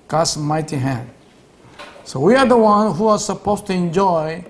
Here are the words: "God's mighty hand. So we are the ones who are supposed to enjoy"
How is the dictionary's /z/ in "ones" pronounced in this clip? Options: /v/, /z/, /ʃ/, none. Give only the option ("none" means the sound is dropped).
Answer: none